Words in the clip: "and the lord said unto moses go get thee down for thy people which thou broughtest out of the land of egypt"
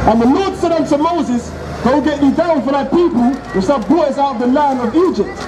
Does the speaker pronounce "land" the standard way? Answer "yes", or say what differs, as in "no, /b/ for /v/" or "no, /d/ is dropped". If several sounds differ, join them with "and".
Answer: no, /d/ is dropped